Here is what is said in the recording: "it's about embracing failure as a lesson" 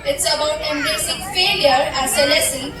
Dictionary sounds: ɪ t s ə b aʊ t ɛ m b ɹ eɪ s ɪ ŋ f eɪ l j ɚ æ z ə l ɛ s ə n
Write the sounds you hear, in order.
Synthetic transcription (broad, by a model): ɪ t s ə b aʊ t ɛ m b eɪ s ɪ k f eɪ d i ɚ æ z ə l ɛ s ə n